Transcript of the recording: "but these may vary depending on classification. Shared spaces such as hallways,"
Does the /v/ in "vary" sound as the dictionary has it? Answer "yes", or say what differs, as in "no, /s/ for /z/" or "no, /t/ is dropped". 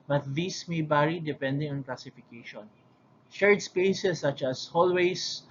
no, /b/ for /v/